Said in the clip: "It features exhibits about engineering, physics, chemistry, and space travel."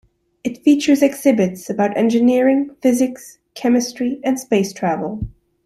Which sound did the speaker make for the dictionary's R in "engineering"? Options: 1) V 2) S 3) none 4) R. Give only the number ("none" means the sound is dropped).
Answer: 4